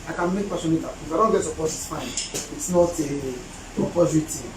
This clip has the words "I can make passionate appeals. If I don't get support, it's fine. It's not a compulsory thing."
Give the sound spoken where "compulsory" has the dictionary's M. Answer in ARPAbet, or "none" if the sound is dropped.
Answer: none